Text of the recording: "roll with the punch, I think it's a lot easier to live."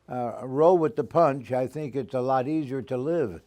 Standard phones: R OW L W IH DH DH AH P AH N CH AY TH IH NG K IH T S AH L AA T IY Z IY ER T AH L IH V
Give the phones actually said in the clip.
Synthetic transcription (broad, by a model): R OW W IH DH DH AH P AH N CH AY TH IH NG K IH T S AH L AA T IY Z IY ER T AH L IH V